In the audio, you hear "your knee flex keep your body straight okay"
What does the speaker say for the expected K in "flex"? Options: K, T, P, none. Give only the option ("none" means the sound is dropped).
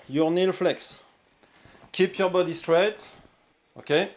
K